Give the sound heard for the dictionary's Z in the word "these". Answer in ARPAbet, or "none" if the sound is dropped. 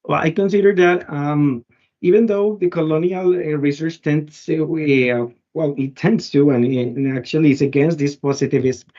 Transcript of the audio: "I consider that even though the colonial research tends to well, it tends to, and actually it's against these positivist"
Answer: S